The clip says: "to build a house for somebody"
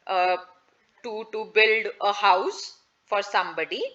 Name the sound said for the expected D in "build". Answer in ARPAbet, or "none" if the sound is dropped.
D